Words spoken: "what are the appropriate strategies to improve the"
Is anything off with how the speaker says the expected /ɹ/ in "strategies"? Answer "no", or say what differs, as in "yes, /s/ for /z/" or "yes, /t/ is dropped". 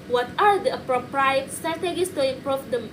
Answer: yes, /ɹ/ is dropped